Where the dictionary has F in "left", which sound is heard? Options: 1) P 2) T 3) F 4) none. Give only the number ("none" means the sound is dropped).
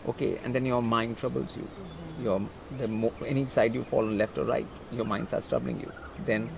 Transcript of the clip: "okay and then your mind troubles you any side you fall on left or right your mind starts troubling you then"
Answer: 3